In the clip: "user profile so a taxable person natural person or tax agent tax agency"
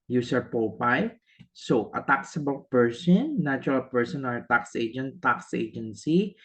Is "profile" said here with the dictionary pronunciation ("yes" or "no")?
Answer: no